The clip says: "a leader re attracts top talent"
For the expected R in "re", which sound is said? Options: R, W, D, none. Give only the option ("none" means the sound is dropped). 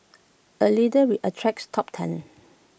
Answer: W